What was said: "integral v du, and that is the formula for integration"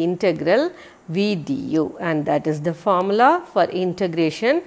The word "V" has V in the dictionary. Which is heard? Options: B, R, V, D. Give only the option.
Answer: V